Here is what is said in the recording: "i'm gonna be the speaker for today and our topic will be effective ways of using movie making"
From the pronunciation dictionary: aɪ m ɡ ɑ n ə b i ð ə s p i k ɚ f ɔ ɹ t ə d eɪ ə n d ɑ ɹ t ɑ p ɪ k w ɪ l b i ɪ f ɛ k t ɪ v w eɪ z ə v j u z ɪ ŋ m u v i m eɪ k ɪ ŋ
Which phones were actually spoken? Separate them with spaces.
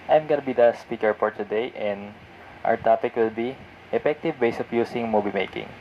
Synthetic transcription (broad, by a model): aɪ m ɡ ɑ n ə b i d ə s p i k ɚ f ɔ ɹ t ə d eɪ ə n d ɑ ɹ t ɑ p ɪ k w ɪ l b i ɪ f ɛ k t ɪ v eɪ s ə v j u s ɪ ŋ m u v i m eɪ k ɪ ŋ